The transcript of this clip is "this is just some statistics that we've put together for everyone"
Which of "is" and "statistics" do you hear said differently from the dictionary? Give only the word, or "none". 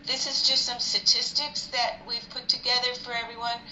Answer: none